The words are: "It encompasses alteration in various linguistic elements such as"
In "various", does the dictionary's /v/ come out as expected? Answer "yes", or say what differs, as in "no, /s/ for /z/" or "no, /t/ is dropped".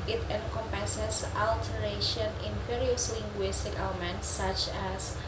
no, /f/ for /v/